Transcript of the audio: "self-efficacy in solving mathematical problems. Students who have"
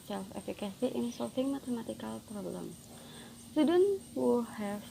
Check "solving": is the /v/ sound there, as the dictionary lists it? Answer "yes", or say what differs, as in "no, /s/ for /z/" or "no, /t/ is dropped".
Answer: no, /f/ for /v/